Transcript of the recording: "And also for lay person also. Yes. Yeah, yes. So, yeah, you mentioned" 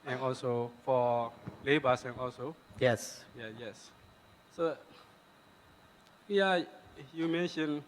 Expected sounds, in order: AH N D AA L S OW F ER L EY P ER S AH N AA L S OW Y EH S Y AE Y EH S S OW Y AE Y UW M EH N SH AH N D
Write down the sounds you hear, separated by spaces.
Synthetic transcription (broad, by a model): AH N AA L S OW F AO L EY B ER S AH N AA L S OW Y EH S Y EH Y EH S S OW Y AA Y UW M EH N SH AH N